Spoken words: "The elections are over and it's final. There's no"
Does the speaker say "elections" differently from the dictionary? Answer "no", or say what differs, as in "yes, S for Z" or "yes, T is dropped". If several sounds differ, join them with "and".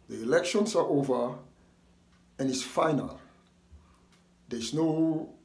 yes, S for Z